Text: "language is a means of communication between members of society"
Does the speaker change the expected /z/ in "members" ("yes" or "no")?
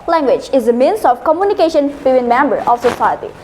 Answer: yes